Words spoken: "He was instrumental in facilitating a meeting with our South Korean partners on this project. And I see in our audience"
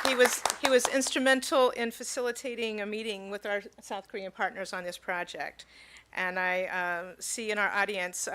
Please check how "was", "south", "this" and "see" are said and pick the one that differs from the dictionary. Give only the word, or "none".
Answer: none